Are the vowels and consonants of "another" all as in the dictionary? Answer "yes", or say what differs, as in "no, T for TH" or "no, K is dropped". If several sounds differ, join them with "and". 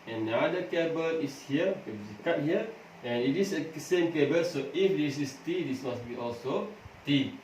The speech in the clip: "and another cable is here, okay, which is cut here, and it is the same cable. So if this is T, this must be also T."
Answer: no, N is dropped